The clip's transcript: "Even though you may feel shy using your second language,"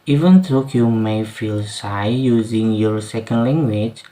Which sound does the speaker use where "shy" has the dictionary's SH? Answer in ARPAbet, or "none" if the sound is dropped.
S